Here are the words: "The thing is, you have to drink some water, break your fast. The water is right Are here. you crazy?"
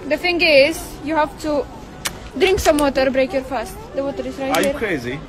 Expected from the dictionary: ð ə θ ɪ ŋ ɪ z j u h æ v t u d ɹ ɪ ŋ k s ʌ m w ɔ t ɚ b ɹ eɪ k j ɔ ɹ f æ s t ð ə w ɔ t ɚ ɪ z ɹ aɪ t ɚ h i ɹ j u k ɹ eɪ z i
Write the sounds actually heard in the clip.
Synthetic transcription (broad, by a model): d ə f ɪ ŋ ɪ z j u h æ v t u d ɹ ɪ ŋ k s ʌ m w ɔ t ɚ b ɹ eɪ k j ɔ ɹ f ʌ s t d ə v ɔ t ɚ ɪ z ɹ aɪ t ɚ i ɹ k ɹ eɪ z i